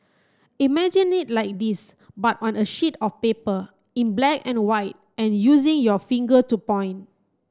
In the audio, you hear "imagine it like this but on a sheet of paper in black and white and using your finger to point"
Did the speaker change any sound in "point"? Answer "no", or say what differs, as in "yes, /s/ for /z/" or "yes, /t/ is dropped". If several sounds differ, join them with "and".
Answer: yes, /t/ is dropped